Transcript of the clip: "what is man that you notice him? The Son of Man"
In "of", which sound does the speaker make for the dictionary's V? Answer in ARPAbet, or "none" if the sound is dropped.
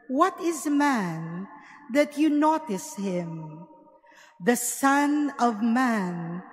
V